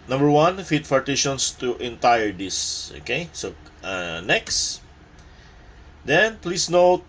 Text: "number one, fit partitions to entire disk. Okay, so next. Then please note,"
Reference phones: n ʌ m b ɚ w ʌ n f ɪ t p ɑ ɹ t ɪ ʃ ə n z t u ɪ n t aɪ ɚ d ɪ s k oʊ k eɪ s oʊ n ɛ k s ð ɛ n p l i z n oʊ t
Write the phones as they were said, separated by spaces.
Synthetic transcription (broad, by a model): n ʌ m b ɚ w ʌ n f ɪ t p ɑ ɹ t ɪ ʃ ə n s t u ɪ n t aɪ ɚ d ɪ s oʊ k eɪ s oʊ n ɛ k s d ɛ n p l i s n oʊ t